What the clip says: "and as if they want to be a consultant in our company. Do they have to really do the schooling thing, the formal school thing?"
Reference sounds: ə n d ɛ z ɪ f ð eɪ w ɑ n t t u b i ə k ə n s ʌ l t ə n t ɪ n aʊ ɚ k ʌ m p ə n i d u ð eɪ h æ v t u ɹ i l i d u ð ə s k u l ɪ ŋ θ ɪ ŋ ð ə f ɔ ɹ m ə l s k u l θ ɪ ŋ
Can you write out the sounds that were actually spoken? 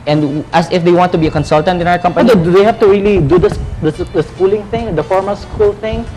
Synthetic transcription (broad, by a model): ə n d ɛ s ɪ f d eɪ w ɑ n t t u b i ə k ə n s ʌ l t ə n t ɪ n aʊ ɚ k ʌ m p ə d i d u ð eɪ h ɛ f t u ɹ i l i d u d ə s k u l ɪ ŋ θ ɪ ŋ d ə f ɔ ɹ m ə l s k u l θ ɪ ŋ